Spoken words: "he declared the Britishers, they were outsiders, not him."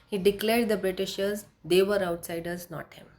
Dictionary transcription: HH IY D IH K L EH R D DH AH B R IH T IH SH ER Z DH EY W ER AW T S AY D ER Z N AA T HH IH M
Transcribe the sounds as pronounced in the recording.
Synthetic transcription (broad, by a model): HH IY D IH K L EH R D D AH B R IH T IH SH ER Z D EY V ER AW T S AY D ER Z N AA T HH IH M